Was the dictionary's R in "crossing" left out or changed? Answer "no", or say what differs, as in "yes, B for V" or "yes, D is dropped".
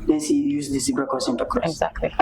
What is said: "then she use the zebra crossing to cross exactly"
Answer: yes, R is dropped